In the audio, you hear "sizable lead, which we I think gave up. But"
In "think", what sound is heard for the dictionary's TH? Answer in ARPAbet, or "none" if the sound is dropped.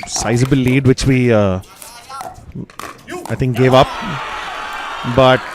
T